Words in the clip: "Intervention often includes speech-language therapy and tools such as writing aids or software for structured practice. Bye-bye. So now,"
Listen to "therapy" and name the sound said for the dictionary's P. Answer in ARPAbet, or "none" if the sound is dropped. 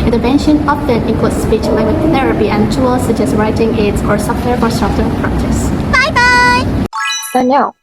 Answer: P